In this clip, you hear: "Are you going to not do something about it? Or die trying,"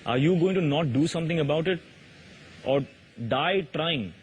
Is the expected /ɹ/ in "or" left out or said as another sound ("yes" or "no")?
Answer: no